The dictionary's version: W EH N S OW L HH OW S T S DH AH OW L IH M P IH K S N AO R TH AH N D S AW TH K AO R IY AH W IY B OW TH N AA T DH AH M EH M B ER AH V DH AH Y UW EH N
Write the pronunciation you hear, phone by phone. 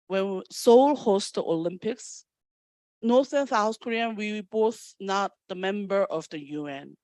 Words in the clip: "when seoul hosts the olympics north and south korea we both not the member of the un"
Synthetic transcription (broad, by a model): W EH N S OW L HH OW S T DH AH OW L IH M P IH K S N AO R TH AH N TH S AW S K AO R IY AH W IY B OW TH N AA T DH AH M EH M B ER AH V DH AH Y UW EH N